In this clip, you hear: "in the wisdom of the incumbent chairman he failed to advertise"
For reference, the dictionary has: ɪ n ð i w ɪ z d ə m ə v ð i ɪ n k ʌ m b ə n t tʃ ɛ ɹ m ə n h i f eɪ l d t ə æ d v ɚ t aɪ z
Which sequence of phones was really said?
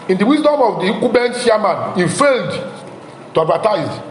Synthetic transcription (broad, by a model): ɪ n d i w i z d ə m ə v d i k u b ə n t ʃ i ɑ m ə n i f eɪ l d t ə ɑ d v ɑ t aɪ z